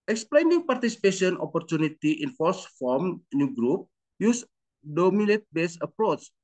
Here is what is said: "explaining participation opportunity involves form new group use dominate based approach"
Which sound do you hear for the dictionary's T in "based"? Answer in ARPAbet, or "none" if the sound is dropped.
none